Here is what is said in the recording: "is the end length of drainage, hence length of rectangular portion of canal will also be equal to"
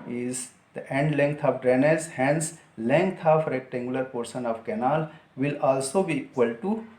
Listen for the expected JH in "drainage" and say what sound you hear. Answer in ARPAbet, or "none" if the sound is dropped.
Z